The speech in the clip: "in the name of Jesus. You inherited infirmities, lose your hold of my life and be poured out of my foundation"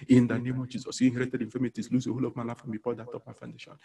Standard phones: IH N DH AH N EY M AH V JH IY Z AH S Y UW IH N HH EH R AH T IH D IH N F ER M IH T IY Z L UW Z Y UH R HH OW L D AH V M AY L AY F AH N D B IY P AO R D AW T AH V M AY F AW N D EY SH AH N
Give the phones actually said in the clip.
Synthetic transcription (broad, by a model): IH N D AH N EY M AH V JH IY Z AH S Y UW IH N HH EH R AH T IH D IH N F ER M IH T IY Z L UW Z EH HH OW L AH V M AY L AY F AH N B IY F AO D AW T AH P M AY F AW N D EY SH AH N